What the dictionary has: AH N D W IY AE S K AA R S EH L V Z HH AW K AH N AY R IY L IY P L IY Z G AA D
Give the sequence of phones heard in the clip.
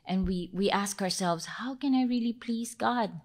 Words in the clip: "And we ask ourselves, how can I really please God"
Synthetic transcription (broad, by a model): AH N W W IY AE S K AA R S EH L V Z HH AW K AH N AY R IY L IY P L IY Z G AA D